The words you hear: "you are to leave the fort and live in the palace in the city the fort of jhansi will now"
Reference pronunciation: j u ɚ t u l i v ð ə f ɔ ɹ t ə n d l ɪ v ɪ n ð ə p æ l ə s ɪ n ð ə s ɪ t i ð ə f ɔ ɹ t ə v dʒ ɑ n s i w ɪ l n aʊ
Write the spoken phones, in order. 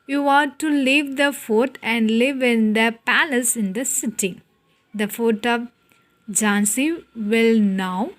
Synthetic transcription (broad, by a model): j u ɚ t u l i v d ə f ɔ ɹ t ə n d l ɪ v ɪ n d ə p æ l ə s ɪ n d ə s ɪ t i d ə f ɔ t ə v dʒ ɑ n s i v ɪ l n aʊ